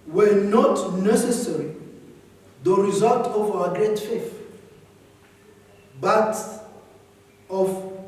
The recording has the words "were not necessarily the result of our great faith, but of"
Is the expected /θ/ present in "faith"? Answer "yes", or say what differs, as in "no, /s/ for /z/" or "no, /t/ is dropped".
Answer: no, /f/ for /θ/